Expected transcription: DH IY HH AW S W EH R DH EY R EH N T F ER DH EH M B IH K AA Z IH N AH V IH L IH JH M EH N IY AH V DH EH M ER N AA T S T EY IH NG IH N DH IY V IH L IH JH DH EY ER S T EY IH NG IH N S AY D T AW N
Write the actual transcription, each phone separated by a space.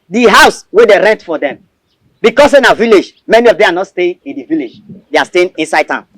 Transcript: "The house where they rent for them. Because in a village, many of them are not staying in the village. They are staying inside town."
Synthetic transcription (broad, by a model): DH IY HH AW S W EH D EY R EH N T F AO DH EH M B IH K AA S IH N AH V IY L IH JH M EH N IY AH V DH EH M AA N AA T S T EY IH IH N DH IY V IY L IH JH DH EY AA S T EY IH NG IH N S AY D T AW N